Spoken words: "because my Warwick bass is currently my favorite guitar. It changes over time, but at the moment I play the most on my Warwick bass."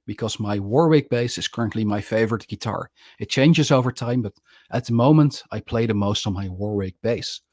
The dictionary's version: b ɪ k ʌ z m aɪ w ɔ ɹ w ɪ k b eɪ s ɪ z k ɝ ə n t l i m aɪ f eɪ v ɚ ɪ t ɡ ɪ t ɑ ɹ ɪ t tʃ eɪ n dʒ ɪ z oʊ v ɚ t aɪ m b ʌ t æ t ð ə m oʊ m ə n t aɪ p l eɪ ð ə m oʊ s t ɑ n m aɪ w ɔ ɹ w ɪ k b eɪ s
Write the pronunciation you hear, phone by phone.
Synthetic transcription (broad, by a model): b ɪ k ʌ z m aɪ w ɔ ɹ w ɪ k b eɪ s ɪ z k ɝ ə n t l i m aɪ f eɪ v ɚ ɪ t ɡ ɪ t ɑ ɹ ɪ t tʃ eɪ n dʒ ɪ z oʊ v ɚ t aɪ m b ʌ t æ t ð ə m oʊ m ə n t aɪ p l eɪ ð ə m oʊ s t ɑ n m aɪ w ɔ ɹ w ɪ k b eɪ s